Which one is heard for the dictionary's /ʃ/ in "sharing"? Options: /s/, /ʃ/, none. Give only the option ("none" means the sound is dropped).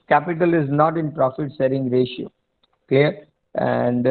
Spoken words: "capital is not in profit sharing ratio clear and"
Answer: /s/